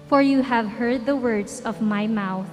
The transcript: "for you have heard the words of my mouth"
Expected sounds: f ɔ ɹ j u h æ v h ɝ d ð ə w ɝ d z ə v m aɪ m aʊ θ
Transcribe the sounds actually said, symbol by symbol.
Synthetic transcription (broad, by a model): f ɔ ɹ j u h æ v h ɝ d ð ə w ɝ d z ə v m aɪ m aʊ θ